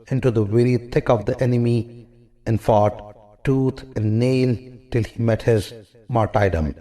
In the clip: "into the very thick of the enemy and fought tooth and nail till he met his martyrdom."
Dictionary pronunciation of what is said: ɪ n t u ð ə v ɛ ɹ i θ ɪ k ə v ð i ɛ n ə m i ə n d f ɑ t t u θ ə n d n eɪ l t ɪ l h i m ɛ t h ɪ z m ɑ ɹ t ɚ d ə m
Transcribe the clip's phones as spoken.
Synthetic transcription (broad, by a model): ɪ n t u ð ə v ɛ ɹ i t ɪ k ə v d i ɛ n ə m i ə n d f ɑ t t u t ə n d n eɪ l t ɪ l h i m ɛ t h ɪ z m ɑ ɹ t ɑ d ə m